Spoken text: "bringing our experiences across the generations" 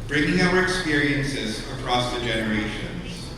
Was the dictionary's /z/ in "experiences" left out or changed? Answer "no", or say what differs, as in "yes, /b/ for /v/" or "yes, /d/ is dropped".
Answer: no